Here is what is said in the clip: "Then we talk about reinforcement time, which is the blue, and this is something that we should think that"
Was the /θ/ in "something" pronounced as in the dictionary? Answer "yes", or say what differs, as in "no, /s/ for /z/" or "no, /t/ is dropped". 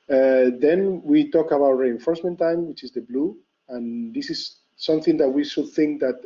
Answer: yes